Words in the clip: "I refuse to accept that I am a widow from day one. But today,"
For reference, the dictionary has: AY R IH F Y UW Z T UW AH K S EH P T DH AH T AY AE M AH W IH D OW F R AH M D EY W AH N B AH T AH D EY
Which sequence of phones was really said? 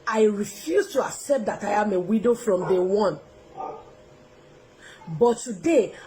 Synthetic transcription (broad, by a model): AY R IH F Y UW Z T UW AH K S EH P T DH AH T AY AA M AH W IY D OW F R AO M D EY W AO N B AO T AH D EY